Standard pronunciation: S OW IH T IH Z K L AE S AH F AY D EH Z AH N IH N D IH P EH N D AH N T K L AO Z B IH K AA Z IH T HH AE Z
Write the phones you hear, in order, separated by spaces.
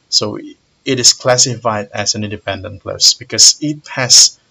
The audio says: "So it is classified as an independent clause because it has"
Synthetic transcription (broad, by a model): S OW IH T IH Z K L AE S AH F AY D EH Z AH N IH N D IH P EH N D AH N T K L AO S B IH K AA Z IH T HH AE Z